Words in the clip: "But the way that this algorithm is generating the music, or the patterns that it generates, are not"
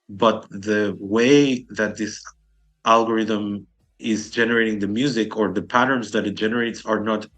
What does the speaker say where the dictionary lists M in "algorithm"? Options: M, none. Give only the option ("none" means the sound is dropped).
M